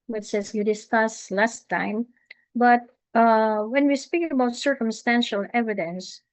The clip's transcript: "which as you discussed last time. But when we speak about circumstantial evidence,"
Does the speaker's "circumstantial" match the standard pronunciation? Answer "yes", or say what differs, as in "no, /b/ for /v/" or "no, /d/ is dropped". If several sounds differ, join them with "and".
yes